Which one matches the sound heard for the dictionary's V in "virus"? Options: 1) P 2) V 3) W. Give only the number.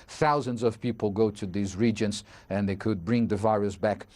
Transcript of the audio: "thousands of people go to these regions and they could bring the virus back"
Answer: 2